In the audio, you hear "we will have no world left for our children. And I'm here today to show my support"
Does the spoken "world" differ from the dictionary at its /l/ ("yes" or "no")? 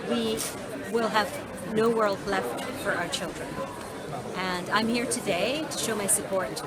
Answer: no